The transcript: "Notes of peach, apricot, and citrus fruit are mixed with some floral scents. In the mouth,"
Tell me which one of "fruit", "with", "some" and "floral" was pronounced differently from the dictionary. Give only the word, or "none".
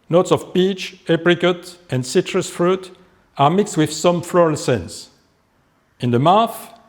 none